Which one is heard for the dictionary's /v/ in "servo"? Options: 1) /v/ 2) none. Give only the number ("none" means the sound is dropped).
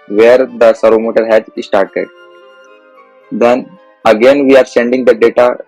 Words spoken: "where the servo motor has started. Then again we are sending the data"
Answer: 2